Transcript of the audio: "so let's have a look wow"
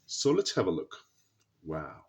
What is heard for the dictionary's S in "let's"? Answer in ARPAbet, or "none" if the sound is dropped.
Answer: none